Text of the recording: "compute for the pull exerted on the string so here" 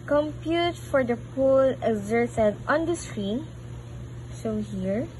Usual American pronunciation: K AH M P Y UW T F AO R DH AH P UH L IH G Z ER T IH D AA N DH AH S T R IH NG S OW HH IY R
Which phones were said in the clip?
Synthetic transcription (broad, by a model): K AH M P Y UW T F AO R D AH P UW L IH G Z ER S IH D AA N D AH S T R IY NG S OW HH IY R